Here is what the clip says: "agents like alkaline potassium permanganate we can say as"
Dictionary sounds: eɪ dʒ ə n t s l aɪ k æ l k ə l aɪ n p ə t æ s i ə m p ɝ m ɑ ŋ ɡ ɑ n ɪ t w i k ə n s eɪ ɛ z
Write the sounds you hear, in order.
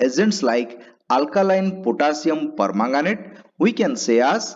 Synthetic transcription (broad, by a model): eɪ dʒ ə n t s l aɪ k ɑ l k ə l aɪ n p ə t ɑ s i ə m p ɝ m ɑ ŋ ɡ ɑ n ɪ t w i k ə n s eɪ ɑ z